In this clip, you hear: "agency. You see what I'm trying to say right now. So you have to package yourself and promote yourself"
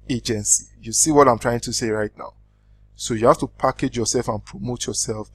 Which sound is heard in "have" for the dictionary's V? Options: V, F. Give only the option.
F